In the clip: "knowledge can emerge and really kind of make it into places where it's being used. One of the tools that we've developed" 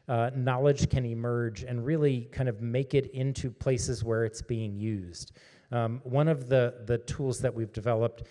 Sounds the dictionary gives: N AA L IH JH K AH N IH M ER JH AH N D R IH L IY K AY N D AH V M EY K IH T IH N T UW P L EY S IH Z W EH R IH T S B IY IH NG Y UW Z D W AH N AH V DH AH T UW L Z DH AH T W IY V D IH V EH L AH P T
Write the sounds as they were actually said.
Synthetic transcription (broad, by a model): N AA L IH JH K AH N IH M ER JH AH N R IH L IY K AY N D AH V M EY K IH T IH N T UW P L EY S IH Z W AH R IH T S B IY IH NG Y UW Z D W AH N AH V DH AH T UW L Z DH AH T W IY V D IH V EH L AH P T